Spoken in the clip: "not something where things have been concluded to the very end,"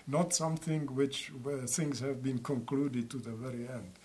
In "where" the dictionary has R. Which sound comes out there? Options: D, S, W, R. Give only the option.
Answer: W